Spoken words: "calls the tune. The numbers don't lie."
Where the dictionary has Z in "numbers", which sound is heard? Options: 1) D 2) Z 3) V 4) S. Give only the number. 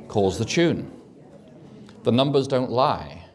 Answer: 2